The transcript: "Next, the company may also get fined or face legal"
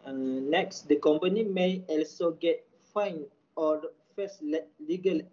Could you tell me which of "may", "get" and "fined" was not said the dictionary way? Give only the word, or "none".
fined